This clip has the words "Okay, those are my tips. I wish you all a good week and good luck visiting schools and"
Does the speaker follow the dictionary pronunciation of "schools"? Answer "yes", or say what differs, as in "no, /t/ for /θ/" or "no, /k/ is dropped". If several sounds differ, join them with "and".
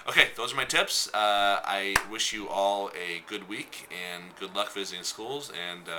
yes